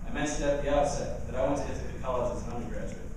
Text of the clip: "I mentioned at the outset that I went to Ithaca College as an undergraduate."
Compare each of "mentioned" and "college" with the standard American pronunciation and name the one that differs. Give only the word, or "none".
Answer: college